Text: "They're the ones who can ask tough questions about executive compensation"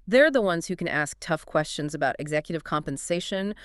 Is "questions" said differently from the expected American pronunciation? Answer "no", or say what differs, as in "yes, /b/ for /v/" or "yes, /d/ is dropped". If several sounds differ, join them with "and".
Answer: no